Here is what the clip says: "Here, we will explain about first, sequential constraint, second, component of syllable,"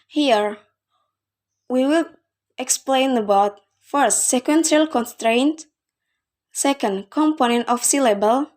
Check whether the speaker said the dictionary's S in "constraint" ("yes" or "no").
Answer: yes